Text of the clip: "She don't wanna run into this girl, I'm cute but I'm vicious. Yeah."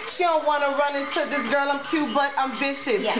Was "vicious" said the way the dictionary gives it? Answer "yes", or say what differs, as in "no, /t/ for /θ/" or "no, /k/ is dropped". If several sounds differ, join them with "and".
no, /b/ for /v/